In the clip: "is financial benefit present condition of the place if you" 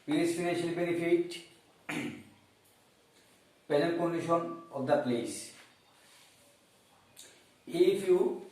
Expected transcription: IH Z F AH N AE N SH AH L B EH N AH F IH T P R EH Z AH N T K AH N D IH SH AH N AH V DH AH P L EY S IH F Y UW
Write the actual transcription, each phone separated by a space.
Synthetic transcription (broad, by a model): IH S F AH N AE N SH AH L B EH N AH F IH T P EH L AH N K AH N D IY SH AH N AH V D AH P L EY S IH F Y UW